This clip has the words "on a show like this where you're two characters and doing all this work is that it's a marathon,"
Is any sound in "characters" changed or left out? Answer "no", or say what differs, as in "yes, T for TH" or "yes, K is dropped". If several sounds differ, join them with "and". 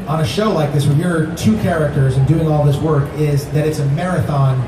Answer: no